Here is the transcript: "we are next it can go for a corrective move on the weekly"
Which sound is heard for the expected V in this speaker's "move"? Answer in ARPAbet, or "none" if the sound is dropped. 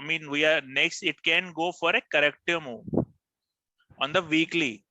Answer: none